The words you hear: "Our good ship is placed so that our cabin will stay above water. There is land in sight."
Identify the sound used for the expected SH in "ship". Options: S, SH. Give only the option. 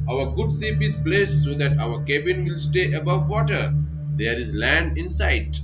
S